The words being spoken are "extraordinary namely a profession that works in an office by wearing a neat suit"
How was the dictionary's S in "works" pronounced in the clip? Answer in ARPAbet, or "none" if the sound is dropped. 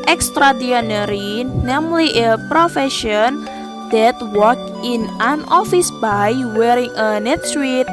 none